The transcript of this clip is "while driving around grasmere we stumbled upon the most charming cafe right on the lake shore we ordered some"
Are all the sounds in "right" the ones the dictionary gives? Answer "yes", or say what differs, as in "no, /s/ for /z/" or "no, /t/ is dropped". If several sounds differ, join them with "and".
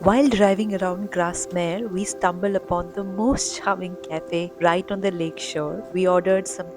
yes